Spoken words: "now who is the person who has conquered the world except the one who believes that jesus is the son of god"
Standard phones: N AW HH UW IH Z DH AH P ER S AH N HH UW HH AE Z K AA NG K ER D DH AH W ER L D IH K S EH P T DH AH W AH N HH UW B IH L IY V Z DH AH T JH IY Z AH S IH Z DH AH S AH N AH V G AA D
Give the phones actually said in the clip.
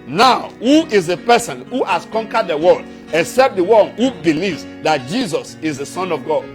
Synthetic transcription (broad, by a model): N AW HH UW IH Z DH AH P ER S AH N HH UW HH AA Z K AA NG K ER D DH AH W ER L D IH K S EH P T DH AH W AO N HH UW B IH L IY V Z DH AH T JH IY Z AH S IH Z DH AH S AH N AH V G AA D